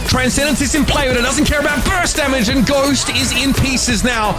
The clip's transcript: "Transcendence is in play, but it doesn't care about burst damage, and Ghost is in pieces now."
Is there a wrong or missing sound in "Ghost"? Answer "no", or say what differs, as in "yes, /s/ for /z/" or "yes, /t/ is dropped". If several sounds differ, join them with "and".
no